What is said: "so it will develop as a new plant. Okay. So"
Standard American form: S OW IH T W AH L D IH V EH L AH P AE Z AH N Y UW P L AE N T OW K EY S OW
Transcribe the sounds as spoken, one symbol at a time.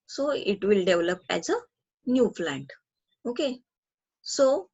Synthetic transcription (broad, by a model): S OW IH T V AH L D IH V L AH P AE Z AH N Y UW F L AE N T OW K EY S OW